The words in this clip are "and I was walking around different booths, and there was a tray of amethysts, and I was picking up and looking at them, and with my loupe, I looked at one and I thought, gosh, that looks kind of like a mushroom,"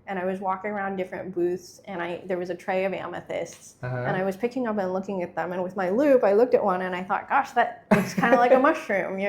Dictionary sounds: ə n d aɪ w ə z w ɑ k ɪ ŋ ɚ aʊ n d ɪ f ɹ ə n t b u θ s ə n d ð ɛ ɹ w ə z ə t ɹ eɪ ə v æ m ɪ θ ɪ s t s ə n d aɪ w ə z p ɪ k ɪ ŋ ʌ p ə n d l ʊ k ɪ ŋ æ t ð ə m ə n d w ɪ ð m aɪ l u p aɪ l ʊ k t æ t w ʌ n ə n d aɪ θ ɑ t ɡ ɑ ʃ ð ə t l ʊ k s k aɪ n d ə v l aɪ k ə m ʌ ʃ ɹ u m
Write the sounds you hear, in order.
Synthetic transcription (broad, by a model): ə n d aɪ w ə z w ɑ k ɪ ŋ ɚ aʊ n d ɪ f ɹ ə n b u θ s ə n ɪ ð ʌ ɹ w ə z ə t ɹ eɪ ə v æ m ɪ θ ɪ s t s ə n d aɪ w ə z p ɪ k ɪ ŋ ʌ p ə n l ʊ k ɪ ŋ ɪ t ð ə m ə n w ɪ ð m aɪ l u p aɪ l ʊ k t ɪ t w ʌ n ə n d aɪ θ ɑ t ɡ ɑ ʃ ð ə t w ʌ s k aɪ n d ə l aɪ k ə m ʌ ʃ ɹ u m